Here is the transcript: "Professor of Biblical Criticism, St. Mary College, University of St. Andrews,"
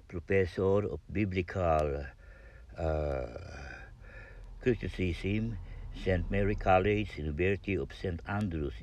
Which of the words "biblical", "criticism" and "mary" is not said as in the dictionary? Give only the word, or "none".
criticism